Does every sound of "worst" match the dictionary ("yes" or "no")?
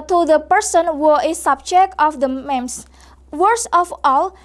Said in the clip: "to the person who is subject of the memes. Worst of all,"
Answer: no